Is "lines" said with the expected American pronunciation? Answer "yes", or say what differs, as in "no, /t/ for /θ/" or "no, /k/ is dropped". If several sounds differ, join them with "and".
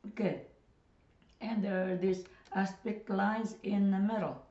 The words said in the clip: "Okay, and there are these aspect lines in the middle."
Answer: no, /n/ is dropped